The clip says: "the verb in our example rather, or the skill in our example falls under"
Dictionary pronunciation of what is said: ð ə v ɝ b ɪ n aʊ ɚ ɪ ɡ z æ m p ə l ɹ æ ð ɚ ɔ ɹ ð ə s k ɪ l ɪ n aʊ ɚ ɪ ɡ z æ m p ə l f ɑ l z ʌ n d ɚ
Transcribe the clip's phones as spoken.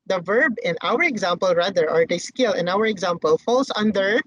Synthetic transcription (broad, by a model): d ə v ɝ b ɪ n aʊ ɚ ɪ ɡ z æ m p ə l ɹ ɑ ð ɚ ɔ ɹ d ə s k ɪ l ɪ n aʊ ɚ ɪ ɡ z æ m p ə l f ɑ l s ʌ n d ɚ